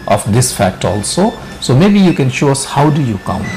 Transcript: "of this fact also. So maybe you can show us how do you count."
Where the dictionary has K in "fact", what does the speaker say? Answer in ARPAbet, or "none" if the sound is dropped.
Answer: K